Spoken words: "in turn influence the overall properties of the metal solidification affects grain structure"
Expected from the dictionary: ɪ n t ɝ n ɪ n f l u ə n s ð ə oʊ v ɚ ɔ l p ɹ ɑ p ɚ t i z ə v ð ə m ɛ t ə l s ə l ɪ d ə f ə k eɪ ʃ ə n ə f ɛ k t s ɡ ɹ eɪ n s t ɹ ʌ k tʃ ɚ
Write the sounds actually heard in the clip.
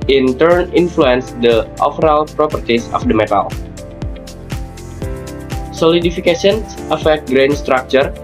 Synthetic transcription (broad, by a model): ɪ n t ɝ n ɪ n f l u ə n s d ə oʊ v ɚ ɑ l p ɹ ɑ p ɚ t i s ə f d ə m ɛ t ə l s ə l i d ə f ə k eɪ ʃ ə n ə f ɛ k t ɡ ɹ eɪ n s t ɹ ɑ k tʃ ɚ